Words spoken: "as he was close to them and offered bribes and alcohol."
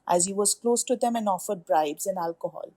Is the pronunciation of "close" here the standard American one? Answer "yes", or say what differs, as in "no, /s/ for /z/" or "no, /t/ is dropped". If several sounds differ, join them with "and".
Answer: yes